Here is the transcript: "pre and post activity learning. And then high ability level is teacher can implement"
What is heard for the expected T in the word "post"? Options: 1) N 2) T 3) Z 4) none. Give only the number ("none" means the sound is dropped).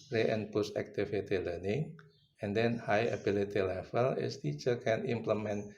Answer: 4